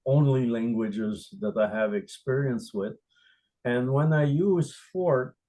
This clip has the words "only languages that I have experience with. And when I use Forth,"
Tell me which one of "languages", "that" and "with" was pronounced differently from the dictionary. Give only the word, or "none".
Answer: none